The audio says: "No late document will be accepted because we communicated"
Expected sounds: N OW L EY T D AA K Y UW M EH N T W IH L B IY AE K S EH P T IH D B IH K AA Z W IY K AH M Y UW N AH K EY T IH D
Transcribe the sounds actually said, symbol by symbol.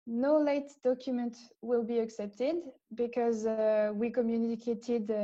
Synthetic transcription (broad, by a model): N OW L EY T D AA K Y UW M EH N T W IH L B IY AE K S EH P T IH D B IH K AA Z W IY K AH M Y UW N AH K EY T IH D